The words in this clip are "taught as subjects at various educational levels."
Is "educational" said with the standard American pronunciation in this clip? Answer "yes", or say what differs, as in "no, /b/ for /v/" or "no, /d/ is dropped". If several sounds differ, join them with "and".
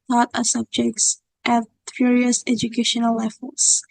yes